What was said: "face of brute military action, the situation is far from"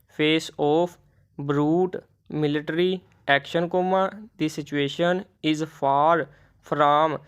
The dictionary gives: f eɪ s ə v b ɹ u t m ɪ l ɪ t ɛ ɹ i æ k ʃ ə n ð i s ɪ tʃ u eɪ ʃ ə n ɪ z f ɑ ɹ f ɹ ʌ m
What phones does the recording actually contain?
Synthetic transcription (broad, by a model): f eɪ s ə p b ɹ u t m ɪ l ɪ t ɹ i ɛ k ʃ ə n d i s ɪ tʃ u eɪ ʃ ə n ɪ z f ɑ ɹ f ɹ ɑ m